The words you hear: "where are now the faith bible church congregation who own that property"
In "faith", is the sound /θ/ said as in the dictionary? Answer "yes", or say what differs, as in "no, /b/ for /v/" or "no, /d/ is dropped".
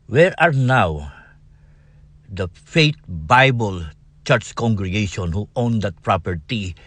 no, /t/ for /θ/